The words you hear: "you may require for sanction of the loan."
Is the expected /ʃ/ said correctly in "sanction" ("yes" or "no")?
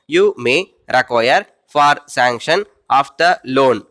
yes